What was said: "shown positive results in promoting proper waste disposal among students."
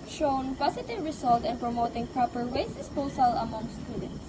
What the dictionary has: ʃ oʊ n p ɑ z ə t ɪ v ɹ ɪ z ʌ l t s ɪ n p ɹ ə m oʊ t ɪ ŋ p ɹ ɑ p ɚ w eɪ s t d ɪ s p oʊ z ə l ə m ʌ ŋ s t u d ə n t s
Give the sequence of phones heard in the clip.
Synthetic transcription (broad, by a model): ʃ oʊ n p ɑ s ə t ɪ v ɹ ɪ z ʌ l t ɪ n p ɹ ə m oʊ t ɪ ŋ p ɹ ɑ p ɚ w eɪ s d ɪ s p oʊ s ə l ə m ʌ ŋ s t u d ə n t s